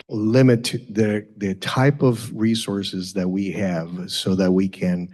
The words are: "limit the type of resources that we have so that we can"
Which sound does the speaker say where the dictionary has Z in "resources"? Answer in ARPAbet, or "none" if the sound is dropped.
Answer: Z